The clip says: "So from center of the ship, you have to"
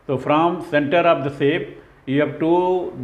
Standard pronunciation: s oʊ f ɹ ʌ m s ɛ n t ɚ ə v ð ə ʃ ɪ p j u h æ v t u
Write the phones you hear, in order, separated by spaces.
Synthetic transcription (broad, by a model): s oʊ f ɹ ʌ m s ɛ n t ɚ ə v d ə s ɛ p j u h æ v t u